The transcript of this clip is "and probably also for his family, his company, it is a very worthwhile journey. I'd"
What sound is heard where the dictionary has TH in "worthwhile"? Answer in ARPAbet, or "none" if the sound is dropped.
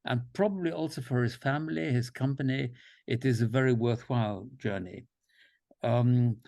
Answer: TH